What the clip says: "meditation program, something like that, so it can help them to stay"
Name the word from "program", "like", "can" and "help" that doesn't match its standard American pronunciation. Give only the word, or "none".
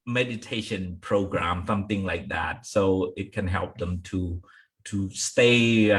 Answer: none